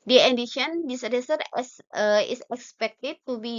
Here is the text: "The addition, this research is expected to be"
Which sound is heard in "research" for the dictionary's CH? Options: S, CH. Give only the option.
S